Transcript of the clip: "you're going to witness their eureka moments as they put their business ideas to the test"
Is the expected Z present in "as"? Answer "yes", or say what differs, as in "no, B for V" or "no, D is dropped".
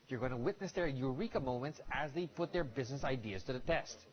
yes